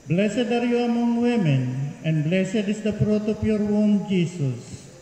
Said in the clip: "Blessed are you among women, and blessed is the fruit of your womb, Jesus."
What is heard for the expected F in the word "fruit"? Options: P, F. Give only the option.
P